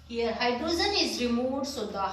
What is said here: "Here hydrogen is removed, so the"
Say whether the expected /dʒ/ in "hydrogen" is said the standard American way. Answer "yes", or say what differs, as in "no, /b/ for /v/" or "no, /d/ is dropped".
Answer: no, /z/ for /dʒ/